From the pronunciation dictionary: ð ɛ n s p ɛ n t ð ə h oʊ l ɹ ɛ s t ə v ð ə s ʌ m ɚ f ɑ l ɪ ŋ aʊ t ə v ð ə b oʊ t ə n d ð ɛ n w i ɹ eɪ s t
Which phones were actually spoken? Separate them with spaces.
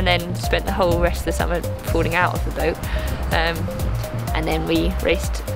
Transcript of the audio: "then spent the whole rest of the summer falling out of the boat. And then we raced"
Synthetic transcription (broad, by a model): ð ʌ n s p ɛ n t ð ə h oʊ l ɹ ɛ s t ə v ð ə s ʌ m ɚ p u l ɪ ŋ aʊ t ə v ð ə b oʊ t ə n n ð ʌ n w i ɹ eɪ s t